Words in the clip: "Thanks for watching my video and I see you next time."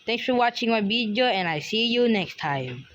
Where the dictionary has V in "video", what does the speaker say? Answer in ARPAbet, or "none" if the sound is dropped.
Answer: B